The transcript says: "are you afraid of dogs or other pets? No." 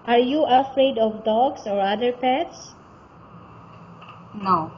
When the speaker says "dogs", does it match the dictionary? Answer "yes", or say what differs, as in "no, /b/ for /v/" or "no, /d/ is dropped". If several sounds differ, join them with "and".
no, /s/ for /z/